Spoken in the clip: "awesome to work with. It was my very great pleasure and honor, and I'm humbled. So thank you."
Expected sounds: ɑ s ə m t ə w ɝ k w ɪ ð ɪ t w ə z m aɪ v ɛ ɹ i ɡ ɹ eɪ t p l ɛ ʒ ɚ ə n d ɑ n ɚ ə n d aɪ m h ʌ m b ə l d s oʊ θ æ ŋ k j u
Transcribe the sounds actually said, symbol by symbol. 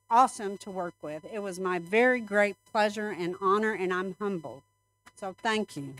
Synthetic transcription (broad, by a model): ɑ s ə m t ə w ɝ k w ɪ ð ɪ t w ə z m aɪ v ɛ ɹ i ɡ ɹ eɪ t p l ɛ ʒ ɚ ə n ɑ n ɚ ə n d aɪ m h ʌ m b l s oʊ θ æ ŋ k j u